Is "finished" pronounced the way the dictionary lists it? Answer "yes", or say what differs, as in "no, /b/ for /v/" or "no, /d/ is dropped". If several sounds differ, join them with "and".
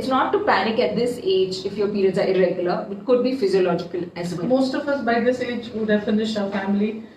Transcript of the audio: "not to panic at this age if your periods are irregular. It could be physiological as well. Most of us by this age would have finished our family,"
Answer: no, /t/ is dropped